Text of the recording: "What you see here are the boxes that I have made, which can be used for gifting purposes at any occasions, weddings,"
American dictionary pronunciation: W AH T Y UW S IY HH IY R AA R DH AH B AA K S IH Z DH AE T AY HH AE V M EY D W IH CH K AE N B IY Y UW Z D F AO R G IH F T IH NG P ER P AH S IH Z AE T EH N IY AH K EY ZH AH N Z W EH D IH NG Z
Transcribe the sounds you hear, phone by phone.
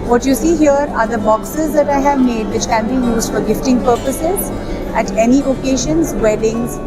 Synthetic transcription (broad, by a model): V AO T Y UW S IY HH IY R AA R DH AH B AA K S IH Z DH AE T AY HH AE V M EY D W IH CH K AE N B IY Y UW Z D F AO R G IH F T IH NG P ER P AH S IH Z AE T EH N IY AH K EY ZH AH N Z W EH D IH NG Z